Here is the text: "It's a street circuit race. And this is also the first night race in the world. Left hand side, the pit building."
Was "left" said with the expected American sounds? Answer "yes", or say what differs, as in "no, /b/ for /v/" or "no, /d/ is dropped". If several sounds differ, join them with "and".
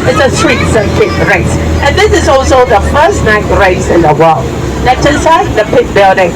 no, /f/ is dropped